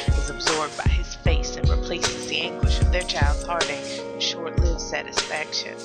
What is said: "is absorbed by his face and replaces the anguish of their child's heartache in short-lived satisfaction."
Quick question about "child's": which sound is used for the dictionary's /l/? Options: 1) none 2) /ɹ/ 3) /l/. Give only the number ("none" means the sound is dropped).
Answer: 3